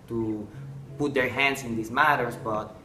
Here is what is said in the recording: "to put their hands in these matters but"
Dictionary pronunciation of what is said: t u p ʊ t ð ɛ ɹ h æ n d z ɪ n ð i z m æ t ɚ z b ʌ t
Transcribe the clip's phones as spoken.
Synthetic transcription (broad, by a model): t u p ʊ t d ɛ ɹ h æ n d s ɪ n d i s m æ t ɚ s b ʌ t